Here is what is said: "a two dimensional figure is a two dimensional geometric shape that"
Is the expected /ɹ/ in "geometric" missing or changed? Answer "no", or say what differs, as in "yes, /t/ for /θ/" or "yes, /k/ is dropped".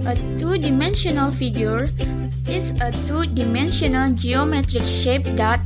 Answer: no